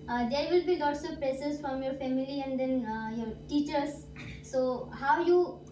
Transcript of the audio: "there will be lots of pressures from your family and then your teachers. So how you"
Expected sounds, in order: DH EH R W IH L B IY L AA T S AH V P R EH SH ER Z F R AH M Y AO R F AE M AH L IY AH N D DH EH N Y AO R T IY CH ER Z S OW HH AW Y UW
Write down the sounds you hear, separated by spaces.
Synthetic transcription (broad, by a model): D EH R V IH L B IY L AA T S AH V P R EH S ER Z F R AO M Y AO R F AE M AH L IY AH N D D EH N Y AO R T IY CH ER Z S OW HH AW Y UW